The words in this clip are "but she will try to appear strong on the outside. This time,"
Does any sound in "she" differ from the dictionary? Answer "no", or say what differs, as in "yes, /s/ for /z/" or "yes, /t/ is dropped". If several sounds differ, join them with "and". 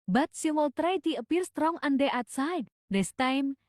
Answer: yes, /s/ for /ʃ/